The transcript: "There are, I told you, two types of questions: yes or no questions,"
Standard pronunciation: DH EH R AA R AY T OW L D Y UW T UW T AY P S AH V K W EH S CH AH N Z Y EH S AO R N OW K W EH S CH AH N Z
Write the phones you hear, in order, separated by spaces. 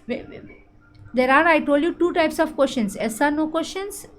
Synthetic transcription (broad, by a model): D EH R AA R AY T OW L D Y UW T UW T AY P S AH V K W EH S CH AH N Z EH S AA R N OW K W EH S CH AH N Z